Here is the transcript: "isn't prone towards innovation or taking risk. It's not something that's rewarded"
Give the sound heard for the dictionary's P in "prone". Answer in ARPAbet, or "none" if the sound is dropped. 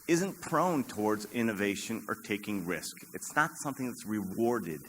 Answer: P